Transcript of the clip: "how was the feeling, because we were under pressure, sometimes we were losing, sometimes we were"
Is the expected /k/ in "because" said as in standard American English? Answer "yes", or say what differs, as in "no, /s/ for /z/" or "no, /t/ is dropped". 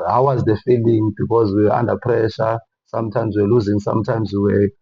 yes